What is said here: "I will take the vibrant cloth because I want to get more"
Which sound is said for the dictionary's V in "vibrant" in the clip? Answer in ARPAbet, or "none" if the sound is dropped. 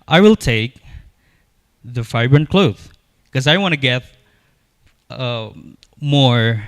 F